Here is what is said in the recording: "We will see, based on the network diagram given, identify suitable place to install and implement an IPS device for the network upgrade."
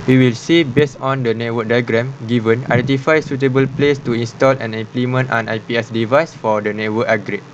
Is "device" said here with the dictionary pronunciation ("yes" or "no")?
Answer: yes